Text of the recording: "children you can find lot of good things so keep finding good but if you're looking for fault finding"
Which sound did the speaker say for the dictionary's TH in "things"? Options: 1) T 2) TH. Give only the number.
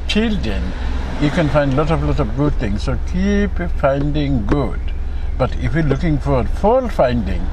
1